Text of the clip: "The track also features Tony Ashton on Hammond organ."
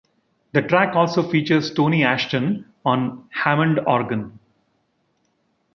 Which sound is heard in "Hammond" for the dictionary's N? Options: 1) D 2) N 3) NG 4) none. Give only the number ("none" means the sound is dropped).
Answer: 2